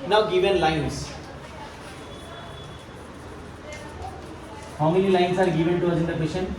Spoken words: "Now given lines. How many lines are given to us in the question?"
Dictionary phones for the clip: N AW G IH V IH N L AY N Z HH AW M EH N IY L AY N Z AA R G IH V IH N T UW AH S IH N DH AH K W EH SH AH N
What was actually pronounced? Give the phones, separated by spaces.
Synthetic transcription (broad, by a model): N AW G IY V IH N L AY N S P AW M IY L IY L AY N S AA R G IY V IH N T UW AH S IH N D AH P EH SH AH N